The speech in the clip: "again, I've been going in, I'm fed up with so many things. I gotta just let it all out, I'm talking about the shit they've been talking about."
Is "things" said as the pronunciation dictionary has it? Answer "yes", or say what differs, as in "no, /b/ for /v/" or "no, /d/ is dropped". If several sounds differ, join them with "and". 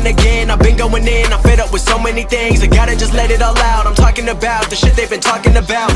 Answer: yes